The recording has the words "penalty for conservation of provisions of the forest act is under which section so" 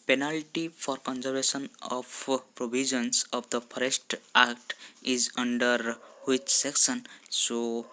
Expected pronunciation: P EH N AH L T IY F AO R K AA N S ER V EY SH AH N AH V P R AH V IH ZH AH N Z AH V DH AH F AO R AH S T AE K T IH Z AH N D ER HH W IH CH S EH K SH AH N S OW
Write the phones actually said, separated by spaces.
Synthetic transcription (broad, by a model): P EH N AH L T IY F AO R K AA N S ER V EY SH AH N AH P P R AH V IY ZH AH N S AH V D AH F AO R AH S T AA K T IH Z AH N D ER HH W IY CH S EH K S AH N S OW